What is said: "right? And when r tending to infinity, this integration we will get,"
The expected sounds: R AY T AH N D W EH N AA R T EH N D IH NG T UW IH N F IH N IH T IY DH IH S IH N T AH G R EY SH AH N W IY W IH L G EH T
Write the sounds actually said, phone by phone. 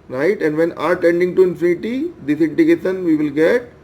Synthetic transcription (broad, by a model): R AY T AH N D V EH N AA R T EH N D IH NG T UW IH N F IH N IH T IY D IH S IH N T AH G EY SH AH N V IY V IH L G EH T